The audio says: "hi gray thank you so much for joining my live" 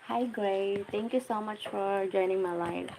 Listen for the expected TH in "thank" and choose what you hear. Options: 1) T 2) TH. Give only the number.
1